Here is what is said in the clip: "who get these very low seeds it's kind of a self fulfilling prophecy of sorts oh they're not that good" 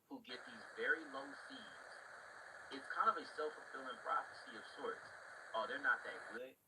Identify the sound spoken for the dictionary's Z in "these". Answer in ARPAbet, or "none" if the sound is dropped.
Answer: Z